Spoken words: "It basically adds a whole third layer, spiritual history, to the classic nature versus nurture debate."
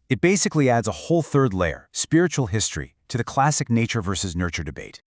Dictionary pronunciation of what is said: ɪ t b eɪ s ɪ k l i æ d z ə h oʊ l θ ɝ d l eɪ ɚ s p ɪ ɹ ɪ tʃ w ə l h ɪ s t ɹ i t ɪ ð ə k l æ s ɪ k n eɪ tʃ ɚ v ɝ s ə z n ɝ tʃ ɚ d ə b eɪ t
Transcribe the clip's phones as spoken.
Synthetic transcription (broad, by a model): ɪ t b eɪ s ɪ k l i æ d z ə h oʊ l θ ɝ d l eɪ ɚ s p ɪ ɹ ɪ tʃ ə l h ɪ s t ɹ i t ɪ ð ə k l æ s ɪ k n eɪ tʃ ɚ v ɝ s ə z n ɝ tʃ ɚ d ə b eɪ t